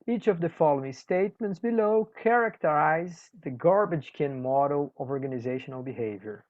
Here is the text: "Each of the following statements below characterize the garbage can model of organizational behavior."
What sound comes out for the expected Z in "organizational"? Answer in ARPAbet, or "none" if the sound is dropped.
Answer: Z